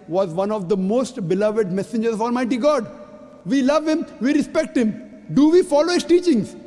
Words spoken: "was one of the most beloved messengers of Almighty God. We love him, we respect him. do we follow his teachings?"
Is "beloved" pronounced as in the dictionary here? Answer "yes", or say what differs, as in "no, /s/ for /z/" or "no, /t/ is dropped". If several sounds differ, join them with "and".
yes